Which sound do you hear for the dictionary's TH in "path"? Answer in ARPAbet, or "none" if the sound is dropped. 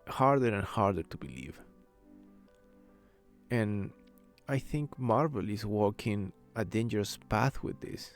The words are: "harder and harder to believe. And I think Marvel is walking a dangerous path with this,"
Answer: TH